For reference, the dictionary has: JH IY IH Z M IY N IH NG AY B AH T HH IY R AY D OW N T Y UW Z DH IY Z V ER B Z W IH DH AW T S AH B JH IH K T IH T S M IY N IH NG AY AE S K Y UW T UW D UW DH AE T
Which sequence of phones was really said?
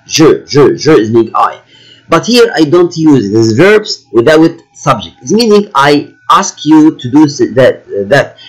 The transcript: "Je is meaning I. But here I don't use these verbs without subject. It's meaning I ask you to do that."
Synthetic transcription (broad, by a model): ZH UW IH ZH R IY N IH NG AY B AH T HH IY R AY D OW N T Y UW Z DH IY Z V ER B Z W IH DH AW T S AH B JH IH K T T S M IY N IH NG AY AE S K Y UW T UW D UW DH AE T